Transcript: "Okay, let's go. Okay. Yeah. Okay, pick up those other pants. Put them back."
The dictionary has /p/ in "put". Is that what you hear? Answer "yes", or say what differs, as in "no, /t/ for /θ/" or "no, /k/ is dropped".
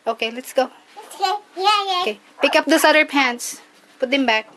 yes